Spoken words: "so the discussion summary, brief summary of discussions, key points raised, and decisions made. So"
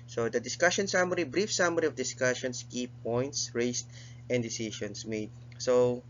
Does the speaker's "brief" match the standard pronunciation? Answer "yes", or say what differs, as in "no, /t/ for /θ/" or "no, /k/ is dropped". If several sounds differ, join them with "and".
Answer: yes